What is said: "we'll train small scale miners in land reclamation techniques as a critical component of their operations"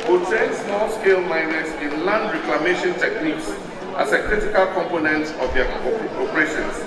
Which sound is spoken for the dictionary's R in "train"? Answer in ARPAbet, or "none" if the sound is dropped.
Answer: none